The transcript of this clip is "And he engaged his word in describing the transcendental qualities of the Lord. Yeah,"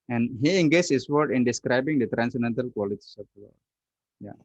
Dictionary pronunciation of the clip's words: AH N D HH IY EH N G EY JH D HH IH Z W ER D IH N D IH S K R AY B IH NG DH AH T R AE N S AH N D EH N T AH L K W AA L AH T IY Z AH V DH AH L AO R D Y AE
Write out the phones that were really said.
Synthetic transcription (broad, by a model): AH N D HH IY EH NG G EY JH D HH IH S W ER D IH N D IH S K R AY B IH NG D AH T R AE N S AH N D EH N T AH L K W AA L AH T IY S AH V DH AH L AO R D Y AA